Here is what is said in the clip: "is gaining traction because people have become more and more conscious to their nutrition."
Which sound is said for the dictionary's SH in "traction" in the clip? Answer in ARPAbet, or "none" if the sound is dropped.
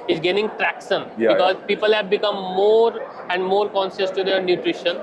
S